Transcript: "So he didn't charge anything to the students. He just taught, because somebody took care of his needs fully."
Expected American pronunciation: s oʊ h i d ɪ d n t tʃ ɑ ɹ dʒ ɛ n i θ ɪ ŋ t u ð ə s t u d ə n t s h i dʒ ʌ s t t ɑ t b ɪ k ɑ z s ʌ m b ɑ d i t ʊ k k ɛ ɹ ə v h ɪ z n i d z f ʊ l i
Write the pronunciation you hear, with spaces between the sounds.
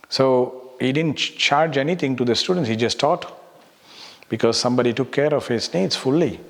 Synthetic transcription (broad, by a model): s oʊ h i d ɪ d n t tʃ ɑ ɹ dʒ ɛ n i t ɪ ŋ t u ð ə s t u d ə n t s h i dʒ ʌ s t t ɑ t b ɪ k ɑ z s ʌ m b ɑ d i t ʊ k k ɛ ɹ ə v h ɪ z n i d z f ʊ l i